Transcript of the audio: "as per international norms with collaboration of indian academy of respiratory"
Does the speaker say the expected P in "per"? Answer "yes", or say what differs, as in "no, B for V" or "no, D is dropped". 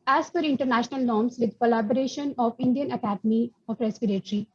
no, F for P